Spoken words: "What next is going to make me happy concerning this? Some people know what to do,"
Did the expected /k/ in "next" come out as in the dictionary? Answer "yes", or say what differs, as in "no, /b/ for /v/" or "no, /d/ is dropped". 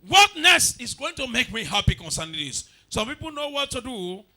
no, /k/ is dropped